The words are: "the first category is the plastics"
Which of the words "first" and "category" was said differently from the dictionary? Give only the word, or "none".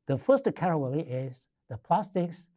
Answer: category